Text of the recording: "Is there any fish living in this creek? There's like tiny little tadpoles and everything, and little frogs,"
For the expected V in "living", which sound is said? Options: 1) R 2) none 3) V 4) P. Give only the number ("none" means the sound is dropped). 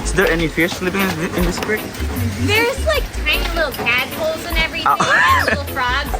4